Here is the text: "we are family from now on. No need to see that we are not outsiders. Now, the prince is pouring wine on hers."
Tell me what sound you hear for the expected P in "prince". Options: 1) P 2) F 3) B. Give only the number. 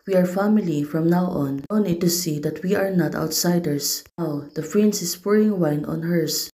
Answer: 2